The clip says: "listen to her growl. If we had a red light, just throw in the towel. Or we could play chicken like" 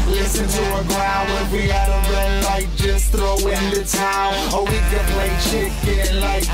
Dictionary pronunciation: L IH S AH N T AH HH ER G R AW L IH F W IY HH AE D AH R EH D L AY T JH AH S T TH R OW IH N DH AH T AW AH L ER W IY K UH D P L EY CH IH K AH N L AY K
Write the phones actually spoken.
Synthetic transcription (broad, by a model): L IH S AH N T AH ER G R AW N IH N W IY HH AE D AH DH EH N L AY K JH AH S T TH R OW IH N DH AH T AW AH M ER W IY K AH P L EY CH IH K AH N L AY K